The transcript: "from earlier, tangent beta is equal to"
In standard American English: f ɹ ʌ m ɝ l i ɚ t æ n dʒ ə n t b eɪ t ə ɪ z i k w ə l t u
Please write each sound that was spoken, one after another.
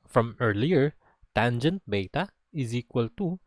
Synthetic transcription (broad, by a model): f ɹ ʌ m ɝ l i ɚ t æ n dʒ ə n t b eɪ t ə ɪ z i k w ə l t u